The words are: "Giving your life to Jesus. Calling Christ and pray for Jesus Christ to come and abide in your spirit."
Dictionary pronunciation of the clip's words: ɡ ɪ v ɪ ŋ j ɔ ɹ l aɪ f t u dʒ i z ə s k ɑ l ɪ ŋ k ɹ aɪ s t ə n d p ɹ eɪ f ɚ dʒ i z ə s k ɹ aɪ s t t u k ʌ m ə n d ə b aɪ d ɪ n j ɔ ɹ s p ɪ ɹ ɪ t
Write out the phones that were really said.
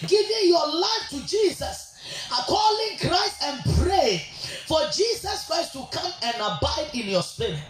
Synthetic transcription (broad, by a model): ɡ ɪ v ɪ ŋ j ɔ l aɪ f t u dʒ i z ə s k ɑ l ɪ ŋ k ɹ aɪ s t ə n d p ɹ eɪ f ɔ dʒ i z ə s k ɹ aɪ s t t u k ʌ m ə n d ə b aɪ d ɪ n j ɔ s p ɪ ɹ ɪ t